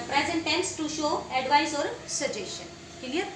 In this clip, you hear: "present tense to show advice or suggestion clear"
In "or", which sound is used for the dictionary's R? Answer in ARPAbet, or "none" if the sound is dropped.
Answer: R